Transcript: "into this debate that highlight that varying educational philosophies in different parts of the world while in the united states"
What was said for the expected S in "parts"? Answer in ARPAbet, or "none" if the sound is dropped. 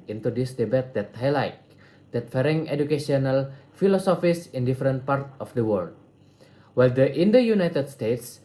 none